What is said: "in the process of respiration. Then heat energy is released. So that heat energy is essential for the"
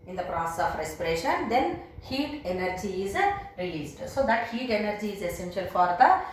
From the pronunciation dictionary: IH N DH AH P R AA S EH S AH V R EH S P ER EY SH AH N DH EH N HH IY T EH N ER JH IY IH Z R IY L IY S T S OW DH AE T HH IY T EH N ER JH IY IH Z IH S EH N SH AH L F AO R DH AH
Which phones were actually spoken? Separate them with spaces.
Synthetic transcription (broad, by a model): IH N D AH P R AA S EH S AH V R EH S P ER EY SH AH N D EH N HH IY T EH N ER JH IY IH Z R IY L IY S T S OW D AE T HH IY T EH N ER JH IY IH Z IH S EH N SH AH L F AO R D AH